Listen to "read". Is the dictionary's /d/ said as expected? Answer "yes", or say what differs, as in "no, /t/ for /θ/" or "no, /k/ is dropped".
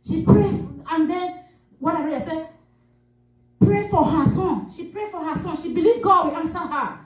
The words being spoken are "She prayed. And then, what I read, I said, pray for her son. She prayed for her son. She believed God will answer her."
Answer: no, /d/ is dropped